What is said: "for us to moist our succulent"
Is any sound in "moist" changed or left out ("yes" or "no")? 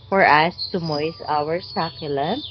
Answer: yes